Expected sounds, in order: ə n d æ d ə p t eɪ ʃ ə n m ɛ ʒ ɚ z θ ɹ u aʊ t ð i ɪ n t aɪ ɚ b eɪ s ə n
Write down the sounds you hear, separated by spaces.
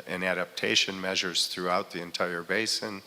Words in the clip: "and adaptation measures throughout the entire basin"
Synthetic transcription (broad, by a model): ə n æ d ə p t eɪ ʃ ə n m ɛ ʒ ɚ z θ ɹ u aʊ t ð i ɪ n t aɪ ɚ b eɪ s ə n